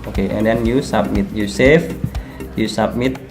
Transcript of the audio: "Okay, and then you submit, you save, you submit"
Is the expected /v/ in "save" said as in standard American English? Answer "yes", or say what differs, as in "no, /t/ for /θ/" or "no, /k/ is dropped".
no, /f/ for /v/